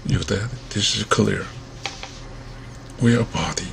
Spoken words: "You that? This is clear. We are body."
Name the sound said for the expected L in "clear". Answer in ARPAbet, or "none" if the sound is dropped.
L